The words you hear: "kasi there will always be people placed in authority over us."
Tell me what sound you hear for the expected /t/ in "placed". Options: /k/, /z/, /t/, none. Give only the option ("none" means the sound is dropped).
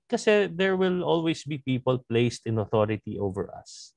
/t/